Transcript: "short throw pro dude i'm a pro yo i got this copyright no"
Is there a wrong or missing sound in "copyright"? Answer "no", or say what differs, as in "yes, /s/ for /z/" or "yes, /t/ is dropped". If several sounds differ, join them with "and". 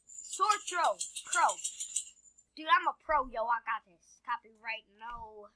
yes, /b/ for /p/